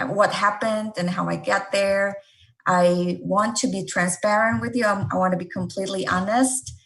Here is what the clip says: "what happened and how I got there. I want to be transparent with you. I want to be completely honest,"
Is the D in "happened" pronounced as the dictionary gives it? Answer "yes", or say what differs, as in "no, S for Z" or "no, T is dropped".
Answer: yes